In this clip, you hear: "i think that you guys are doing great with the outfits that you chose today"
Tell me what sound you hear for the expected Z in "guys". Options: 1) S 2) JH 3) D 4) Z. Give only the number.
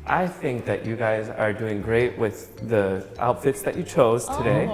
4